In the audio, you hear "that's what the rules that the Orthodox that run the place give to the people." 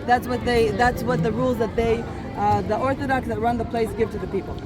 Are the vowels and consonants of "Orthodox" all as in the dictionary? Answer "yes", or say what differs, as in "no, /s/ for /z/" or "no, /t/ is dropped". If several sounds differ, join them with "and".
yes